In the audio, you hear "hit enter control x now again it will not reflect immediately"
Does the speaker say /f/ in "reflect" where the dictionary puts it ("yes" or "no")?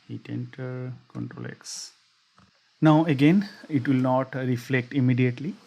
yes